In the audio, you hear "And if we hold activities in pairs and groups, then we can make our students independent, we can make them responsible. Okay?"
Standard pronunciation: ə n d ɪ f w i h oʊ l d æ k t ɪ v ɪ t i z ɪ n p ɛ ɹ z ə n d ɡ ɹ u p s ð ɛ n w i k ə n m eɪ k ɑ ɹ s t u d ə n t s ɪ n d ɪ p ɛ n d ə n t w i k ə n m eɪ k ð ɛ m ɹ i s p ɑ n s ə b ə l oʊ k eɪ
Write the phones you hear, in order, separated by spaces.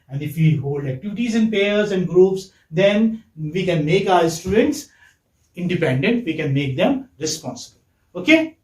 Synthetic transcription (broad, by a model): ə n d ɪ f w i h oʊ l d æ k t ɪ v ɪ t i z ɪ n p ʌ ɹ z ə n d ɡ ɹ u p s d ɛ n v i k ə n m eɪ k ɑ ɹ s t u d ə n t s ɪ n d ɪ p ɛ n d ə n t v i k ə n m eɪ k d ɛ m ɹ i s p ɑ n s ə b ə l oʊ k eɪ